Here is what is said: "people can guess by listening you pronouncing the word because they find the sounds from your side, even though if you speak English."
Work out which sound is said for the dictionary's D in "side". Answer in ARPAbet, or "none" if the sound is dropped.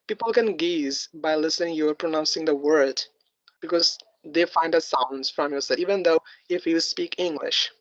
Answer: none